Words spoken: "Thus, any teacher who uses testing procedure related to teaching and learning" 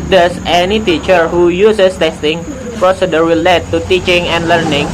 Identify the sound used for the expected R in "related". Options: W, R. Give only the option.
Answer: W